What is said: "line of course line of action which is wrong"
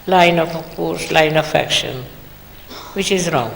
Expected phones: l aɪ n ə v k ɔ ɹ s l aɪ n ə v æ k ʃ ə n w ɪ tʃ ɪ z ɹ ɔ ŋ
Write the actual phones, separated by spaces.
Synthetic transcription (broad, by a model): l aɪ n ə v k ɔ ɹ s l aɪ n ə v æ k ʃ ə n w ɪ tʃ ɪ z ɹ ɔ ŋ